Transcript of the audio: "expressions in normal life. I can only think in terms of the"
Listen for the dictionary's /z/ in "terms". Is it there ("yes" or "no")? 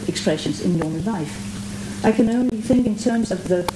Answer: yes